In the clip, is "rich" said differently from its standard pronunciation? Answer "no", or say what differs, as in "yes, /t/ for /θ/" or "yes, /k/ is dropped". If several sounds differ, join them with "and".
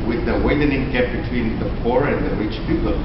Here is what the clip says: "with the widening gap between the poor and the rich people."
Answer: no